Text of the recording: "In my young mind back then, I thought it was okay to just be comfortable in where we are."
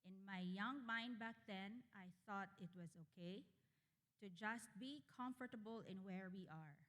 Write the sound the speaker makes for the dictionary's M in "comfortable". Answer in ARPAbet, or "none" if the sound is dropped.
M